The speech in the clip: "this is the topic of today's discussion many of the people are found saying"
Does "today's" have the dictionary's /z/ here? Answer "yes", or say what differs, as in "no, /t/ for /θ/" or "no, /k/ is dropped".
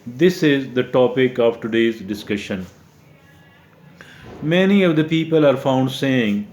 yes